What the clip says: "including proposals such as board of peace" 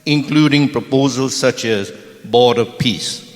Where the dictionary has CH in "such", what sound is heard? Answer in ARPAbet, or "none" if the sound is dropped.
CH